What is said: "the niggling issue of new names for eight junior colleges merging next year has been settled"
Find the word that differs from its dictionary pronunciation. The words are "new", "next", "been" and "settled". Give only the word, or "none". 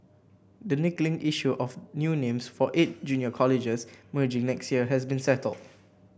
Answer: none